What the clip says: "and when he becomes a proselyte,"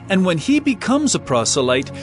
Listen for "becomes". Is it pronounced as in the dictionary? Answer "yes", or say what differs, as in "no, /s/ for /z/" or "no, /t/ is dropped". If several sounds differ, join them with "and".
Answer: yes